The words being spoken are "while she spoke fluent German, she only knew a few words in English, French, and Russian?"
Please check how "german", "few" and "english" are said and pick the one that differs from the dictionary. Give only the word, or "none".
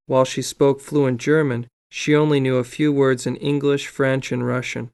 none